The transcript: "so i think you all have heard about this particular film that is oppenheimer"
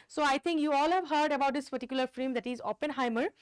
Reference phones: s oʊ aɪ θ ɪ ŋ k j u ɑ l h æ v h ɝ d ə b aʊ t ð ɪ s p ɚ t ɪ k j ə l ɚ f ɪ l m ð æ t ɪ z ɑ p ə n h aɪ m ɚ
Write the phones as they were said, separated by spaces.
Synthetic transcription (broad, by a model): s oʊ aɪ t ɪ ŋ k j u ɑ l h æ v h ɝ d ə b aʊ t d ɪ s p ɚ t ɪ k j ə l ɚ f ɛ m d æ t ɪ z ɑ p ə n h aɪ m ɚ